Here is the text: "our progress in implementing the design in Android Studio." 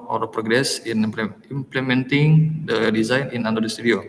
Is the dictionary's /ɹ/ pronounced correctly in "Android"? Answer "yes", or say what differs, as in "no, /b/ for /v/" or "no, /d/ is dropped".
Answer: no, /ɹ/ is dropped